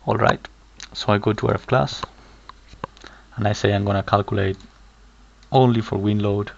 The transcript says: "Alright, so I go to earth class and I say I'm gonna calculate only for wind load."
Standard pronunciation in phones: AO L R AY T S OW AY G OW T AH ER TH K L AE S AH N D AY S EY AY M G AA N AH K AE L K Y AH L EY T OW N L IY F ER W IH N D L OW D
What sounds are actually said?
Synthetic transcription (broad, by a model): AO L R AY T S OW AY G OW T AH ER F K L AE S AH N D AY S EY AY M G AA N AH K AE L K Y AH L EY T OW N L IY F ER W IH N L OW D